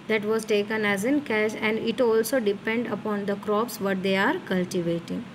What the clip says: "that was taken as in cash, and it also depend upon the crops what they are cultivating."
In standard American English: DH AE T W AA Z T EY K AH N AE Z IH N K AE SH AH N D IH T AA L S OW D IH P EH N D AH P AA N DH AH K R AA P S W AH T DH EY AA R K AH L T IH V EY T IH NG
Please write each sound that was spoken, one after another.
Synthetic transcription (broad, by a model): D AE T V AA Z T EY K AH N AE Z IH N K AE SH AH N D IH T AA L S OW D IH P EH N D AH P AA N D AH K R AA P S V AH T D EY AA R K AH L T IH V EY T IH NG